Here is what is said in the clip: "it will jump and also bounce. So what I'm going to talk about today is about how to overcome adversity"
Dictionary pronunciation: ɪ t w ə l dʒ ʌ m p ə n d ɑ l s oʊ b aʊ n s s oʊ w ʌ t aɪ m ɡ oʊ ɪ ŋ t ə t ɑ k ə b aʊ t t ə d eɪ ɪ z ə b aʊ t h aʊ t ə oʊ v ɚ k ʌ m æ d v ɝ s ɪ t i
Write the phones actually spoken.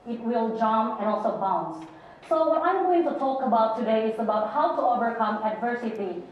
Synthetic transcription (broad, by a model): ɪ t w ə l dʒ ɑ m ə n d ɑ l s oʊ b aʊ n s s oʊ w ʌ t aɪ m ɡ oʊ ɪ ŋ t ə t ɑ k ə b aʊ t t ə d eɪ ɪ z ə b aʊ t h aʊ t ə oʊ v ɚ k ʌ m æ d v ɝ s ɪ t i